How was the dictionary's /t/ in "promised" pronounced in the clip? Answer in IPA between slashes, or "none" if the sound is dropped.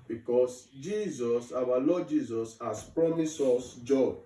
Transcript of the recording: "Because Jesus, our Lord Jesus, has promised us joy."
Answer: none